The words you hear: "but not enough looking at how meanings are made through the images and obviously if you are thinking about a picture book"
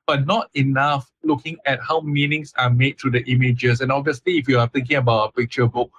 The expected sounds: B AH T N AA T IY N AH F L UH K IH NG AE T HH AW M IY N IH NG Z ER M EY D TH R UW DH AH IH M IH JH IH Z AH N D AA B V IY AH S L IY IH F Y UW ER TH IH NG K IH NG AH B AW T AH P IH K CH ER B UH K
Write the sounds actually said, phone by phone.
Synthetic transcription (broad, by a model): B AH T N AA T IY N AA F L UH K IH NG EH T HH AW M IY N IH NG S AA M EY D T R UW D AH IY M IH JH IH S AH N AA B V IY AH S L IY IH F Y UW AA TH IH NG K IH NG AH B AW T AH P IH K CH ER B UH K